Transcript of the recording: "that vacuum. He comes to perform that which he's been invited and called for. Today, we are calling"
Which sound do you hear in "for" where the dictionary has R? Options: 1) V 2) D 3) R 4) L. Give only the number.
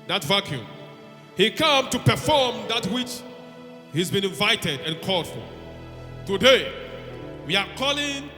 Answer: 4